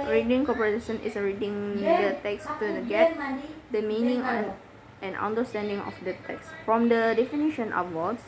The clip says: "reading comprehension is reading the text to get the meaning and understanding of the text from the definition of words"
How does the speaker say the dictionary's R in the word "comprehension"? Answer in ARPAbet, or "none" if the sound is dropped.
none